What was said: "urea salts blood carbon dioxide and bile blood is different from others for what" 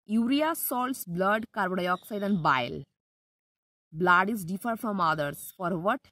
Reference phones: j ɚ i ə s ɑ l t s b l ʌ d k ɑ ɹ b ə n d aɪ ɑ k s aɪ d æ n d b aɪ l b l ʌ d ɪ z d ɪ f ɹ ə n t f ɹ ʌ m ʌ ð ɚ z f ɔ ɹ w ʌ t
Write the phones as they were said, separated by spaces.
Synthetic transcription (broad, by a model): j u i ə s ɑ l t s b l ʌ d k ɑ ɹ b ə d aɪ ɑ k s aɪ d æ n d b aɪ l b l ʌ d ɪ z d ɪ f ə t f ɹ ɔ m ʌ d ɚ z f ɔ ɹ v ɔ t